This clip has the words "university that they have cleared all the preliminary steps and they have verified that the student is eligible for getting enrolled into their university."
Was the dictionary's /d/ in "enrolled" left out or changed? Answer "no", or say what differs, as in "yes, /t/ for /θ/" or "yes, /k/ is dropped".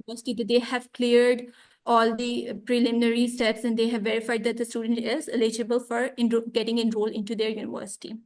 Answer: yes, /d/ is dropped